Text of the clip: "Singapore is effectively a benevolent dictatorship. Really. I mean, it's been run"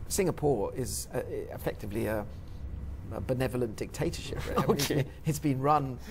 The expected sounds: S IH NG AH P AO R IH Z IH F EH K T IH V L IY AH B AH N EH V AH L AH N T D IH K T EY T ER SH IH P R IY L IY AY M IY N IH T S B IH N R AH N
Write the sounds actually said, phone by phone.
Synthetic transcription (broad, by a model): S IH NG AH P AO R IH Z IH F EH K T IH V L IY AH B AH N EH V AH L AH N D IH K T EY T ER SH IH P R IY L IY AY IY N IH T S B IH N R AH N